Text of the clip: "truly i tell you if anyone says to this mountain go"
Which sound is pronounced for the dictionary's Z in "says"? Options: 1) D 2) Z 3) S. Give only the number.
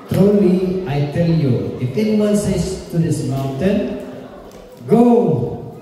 3